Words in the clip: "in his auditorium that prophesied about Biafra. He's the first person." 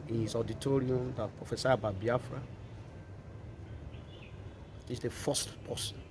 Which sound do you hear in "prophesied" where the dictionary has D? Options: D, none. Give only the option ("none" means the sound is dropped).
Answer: none